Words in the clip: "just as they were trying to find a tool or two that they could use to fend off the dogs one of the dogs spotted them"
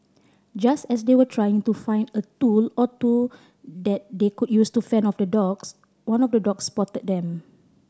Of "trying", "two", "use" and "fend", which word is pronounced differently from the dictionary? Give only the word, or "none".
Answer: fend